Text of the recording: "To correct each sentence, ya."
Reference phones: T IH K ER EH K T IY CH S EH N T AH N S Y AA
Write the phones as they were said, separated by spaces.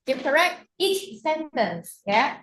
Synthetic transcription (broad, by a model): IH K ER EH K T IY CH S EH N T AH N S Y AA